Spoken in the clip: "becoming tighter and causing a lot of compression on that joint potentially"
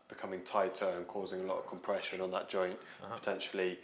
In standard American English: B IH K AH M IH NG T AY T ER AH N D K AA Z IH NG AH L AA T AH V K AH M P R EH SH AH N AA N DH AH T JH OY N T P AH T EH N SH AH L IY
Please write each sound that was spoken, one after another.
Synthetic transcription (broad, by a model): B IH K AH M IH NG T AY T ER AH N K AA Z IH NG AH L AA T AH V K AH M P R EH SH AH N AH N DH AH T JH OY N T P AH T EH N SH AH L IY